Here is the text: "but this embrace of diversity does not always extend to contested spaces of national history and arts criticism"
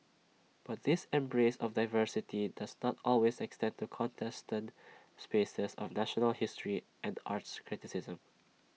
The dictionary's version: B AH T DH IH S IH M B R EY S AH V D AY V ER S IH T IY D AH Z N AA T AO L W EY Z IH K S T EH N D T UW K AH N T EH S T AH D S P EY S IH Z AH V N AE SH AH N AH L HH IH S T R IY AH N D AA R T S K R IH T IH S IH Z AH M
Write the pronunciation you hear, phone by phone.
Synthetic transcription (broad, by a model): B AH T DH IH S IH M B R EY S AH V D AY V ER S IH T IY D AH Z N AA T AO L W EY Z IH K S T EH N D T UW K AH N T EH S T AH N S P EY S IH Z AH V N AE SH AH N AH L HH IH S T R IY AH N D AA R T S K R IH T IH S IH Z AH M